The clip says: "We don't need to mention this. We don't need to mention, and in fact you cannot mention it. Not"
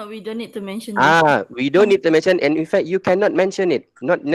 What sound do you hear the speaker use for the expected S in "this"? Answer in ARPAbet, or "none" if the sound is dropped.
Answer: none